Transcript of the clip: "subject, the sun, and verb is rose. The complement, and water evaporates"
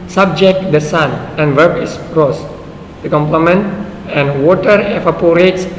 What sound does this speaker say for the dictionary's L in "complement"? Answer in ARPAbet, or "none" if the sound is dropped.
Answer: L